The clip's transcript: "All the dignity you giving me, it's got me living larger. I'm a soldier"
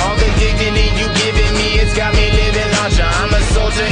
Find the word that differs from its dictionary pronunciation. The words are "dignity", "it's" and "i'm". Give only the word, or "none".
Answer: dignity